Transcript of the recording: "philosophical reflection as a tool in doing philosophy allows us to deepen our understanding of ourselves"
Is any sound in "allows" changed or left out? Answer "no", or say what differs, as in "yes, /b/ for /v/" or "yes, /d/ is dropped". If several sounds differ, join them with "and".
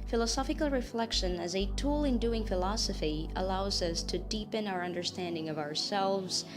no